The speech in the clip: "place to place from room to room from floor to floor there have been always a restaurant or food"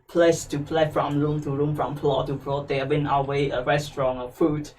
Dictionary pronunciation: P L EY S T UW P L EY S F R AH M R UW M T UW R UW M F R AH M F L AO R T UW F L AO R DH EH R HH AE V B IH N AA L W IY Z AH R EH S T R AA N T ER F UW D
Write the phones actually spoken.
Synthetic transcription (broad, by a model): P L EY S T UW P L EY F R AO M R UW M T UW R UW M F R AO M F L AO T UW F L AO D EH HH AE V B IH N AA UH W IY AH R EH S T R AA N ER F UW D